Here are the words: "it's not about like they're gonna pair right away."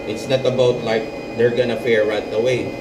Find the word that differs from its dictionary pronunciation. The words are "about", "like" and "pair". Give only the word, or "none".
pair